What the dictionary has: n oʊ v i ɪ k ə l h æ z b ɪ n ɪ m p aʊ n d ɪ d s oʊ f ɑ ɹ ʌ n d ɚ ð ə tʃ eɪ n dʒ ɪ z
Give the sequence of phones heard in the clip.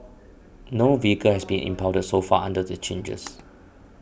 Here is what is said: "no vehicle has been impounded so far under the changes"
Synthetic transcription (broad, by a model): n oʊ v i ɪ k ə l h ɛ s b ɪ n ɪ m p aʊ d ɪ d s oʊ f ɑ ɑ n d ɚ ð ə tʃ eɪ n dʒ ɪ s